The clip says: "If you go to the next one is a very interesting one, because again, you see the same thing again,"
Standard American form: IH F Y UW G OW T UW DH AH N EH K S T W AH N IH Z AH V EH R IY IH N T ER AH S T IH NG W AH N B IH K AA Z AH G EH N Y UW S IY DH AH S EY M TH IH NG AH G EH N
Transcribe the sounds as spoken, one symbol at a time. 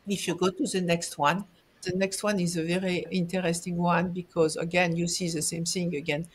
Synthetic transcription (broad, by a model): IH F Y UW G OW T UW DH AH N EH K S T W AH N IH Z AH V EH R IY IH N T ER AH S T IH NG W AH N B IH K AA Z AH G EH N Y UW S IY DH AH S EY M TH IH NG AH G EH N